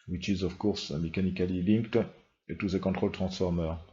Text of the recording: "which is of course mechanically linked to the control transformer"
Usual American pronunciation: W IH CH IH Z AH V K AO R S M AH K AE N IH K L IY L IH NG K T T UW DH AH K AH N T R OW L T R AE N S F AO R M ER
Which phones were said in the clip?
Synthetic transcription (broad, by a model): W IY CH IH Z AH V K AO R S M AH K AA N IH K L IY L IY NG K T T UW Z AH K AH T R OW L T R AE S F AO R M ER